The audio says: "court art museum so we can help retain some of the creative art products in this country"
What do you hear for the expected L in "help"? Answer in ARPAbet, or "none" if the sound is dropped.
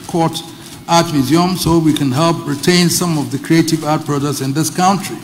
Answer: L